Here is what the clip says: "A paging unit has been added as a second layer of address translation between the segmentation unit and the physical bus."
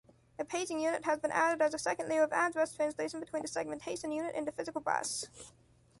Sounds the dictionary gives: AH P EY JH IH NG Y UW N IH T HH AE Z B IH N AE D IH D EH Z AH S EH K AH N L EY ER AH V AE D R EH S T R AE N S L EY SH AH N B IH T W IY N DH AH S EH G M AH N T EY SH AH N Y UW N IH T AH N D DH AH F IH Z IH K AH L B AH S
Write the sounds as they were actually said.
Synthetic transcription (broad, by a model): AH P EY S IH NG Y UW N IH T HH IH Z B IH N AE D IH D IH Z AH S EH K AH N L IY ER AH V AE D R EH S T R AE N S L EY SH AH N B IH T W IY N DH AH S EH G M AH N T EY SH AH N Y UW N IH T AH N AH F IH Z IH K L B AH S